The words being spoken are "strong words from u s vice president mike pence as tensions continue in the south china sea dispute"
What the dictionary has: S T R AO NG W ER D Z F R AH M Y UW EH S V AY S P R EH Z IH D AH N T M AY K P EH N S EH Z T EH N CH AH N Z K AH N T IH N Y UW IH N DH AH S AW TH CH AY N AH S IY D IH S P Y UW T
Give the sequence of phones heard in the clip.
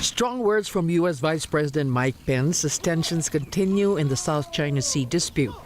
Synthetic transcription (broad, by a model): S T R AO NG W ER D Z F R AH M Y UW EH S V AY S P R EH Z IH D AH N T M AY K P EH N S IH S T EH N SH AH N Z K AH N T IH N Y UW IH N DH AH S AW TH CH AY N AH S IY D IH S P Y UW T